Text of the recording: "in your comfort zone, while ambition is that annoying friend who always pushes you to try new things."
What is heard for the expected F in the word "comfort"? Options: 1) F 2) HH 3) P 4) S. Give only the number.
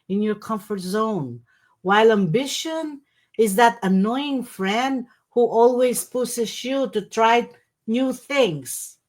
1